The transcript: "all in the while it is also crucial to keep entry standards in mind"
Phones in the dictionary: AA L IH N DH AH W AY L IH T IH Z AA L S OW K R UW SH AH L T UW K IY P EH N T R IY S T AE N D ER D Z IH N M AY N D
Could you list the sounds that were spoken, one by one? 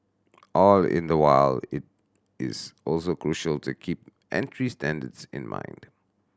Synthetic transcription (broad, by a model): AA L IH N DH AH W AY L IH T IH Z AA L S OW K R UW SH AH L T UW K IY P EH N T R IY S T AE N D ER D S IH N M AY N D